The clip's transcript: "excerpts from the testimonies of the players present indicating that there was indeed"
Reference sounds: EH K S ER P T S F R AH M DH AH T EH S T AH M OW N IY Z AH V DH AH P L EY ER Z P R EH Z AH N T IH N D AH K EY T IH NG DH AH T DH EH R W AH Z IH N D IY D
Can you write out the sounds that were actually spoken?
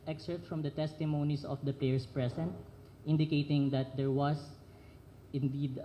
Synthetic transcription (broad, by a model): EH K S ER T F R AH M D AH T EH S T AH M OW N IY S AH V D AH P L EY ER S P R EH S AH N T IH N D AH K EY T IH NG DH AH T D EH R W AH S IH N D IY D